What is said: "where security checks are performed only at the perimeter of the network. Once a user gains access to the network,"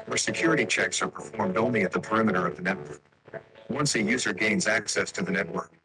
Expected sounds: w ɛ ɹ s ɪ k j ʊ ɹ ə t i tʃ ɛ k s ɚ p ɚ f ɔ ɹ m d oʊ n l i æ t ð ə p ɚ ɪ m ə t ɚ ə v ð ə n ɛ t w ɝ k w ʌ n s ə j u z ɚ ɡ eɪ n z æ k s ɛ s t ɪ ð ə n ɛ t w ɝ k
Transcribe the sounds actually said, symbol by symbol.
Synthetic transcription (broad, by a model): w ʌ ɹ s ɪ k j ʊ ɹ ə t i tʃ ɛ k s ɚ p ɚ f ɔ ɹ m d oʊ n l i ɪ t ð ə p ɚ ɪ m ə t ɚ ə v ð ə n ɛ t w ɝ k w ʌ n s ə j u z ɚ ɡ eɪ n z æ k s ɛ s t ɪ ð ə n ɛ t w ɝ k